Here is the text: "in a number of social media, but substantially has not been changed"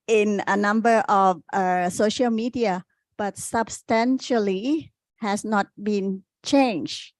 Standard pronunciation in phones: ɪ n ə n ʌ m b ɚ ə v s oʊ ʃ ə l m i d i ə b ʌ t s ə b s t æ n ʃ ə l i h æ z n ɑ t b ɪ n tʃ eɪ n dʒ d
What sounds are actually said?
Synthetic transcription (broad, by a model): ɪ n ə n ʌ m b ɚ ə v s oʊ ʃ ə l m i d i ə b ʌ t s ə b s t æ n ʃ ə l i h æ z n ɑ t b ɪ n tʃ eɪ n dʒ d